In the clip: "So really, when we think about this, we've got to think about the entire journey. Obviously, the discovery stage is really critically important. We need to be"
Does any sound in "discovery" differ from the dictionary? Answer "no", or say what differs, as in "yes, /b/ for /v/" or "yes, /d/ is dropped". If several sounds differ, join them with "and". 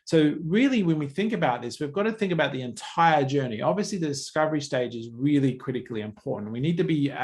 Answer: no